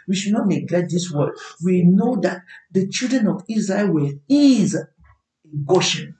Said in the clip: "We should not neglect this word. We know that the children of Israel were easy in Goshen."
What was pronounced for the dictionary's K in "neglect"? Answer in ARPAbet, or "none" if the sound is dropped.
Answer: none